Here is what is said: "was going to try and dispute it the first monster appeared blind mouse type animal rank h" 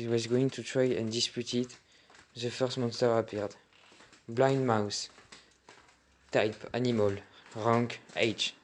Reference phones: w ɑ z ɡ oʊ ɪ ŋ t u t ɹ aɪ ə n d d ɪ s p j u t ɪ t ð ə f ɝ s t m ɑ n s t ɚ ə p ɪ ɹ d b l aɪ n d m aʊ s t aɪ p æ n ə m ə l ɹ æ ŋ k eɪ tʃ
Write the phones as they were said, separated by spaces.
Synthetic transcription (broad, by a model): w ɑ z ɡ oʊ ɪ ŋ t u t ɹ aɪ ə n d d ɪ s p j u t ɪ t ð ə f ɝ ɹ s m ɑ n s t ɚ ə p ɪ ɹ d b l aɪ n d m aʊ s t aɪ p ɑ n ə m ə l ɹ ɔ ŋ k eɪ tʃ